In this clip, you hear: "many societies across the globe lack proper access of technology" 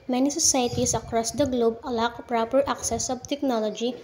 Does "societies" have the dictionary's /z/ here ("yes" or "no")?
no